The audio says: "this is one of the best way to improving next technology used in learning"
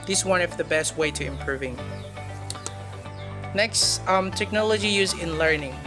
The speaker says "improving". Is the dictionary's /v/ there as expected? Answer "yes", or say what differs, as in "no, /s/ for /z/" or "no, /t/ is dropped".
yes